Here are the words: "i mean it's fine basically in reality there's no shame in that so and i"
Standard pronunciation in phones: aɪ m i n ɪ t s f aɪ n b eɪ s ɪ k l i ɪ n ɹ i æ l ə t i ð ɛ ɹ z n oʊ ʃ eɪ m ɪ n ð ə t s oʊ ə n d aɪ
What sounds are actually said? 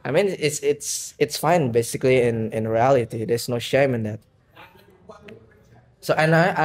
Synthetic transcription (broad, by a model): aɪ m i n ɪ t s f aɪ n b eɪ s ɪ k l i ɪ n ɹ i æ l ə t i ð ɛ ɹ s n oʊ ʃ eɪ m ɪ n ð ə t s oʊ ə n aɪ